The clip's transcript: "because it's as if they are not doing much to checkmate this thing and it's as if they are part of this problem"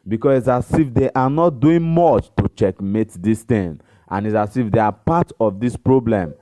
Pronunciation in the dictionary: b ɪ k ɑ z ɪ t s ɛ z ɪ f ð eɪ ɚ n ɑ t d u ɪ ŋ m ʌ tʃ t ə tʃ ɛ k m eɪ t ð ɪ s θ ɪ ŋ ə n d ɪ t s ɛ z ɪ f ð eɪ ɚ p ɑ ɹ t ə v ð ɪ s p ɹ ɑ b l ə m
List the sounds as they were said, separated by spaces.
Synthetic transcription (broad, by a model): b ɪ k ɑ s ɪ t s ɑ s ɪ f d eɪ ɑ n ɑ t d u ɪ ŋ m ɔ tʃ t ə tʃ ɛ k m eɪ t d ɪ s t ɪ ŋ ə n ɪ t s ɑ s ɪ f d eɪ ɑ p ɑ t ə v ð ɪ s p ɹ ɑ b l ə m